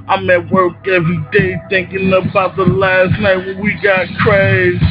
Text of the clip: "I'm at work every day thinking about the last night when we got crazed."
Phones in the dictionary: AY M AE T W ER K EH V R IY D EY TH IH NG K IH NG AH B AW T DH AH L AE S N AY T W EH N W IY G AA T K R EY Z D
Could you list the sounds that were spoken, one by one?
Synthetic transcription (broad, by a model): AY M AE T W ER K EH V R IY D EY TH IH NG K IH NG AH B AW T DH AH L AE S N AY T W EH N W IY G AA T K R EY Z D